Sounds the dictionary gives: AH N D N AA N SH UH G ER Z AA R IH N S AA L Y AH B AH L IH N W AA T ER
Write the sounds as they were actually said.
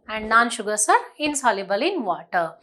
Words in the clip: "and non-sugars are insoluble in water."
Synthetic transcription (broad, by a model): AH N D N AA N SH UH G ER S AA R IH N S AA L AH B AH L IH N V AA T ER